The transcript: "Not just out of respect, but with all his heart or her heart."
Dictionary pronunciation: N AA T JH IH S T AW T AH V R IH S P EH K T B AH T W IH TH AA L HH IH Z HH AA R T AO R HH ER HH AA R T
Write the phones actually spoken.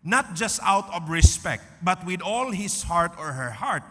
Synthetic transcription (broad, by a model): N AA T JH IH S T AW T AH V R IH S P EH K T B AH T W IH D AA L HH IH S HH AA R T AO R HH ER HH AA R T